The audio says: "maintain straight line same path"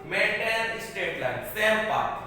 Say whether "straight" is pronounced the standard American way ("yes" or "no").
no